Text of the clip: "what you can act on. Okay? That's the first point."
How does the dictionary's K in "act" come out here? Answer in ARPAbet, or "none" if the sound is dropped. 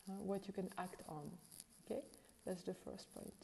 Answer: K